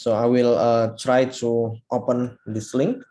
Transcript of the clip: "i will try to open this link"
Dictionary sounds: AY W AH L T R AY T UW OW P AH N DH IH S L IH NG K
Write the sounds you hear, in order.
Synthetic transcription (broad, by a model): AY W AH L T R AY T UW OW P AH N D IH S L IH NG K